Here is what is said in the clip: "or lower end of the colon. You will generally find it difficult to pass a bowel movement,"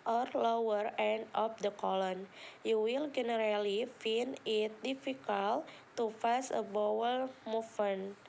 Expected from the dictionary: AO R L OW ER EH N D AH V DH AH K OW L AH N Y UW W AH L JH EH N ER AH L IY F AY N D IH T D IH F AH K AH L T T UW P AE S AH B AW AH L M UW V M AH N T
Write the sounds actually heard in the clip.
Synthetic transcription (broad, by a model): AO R L OW ER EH N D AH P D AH K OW L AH N Y UW W AH L JH EH N ER AH L IY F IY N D IH T D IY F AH K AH L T T UW F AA S AH B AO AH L M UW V M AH N